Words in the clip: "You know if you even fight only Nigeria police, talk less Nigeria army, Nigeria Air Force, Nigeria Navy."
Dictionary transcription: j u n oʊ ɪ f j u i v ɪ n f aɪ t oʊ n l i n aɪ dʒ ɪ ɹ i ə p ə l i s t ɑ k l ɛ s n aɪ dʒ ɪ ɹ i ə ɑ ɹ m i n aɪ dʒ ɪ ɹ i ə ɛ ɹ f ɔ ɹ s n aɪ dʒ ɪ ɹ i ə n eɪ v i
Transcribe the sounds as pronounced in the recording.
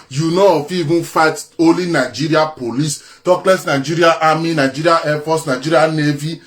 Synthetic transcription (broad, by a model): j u n oʊ ɪ f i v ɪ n f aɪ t oʊ l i n aɪ dʒ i ɹ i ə p ə l i s t ɑ k l ɛ s n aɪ dʒ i ɹ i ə ɑ m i n aɪ dʒ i ɹ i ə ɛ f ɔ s n aɪ dʒ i ɹ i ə n eɪ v i